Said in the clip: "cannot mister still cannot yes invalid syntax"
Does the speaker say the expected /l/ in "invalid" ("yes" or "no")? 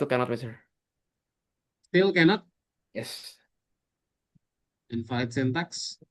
no